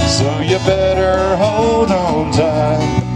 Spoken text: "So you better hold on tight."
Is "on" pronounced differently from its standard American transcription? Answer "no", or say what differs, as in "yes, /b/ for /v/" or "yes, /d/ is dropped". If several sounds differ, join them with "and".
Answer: yes, /l/ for /n/